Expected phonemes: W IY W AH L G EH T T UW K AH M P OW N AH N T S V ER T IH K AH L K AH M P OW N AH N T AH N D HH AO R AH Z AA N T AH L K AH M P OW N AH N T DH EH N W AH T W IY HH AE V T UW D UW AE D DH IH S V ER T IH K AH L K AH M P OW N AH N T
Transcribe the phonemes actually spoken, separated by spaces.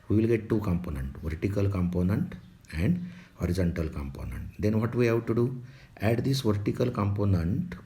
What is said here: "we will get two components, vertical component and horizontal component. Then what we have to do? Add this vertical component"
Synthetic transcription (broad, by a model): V IY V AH L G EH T T UW K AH M P OW N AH N T V ER T IH K AH L K AH M P OW N AH N T AH N D HH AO R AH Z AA N T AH L K AH M P OW N AH N T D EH N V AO T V IY HH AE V T UW D UW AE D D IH S V ER T IH K AH L K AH M P OW N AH N T